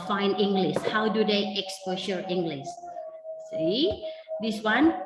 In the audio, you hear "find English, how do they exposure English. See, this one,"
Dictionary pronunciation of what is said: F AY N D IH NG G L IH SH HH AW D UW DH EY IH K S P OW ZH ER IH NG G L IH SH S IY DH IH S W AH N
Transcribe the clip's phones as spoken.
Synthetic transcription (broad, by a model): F AY N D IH NG G L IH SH HH AW D UW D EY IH K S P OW SH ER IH NG G L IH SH S IY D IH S W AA N